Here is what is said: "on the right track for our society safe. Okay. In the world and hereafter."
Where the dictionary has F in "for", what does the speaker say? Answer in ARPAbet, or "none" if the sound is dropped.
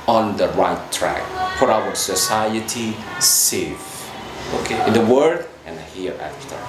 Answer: P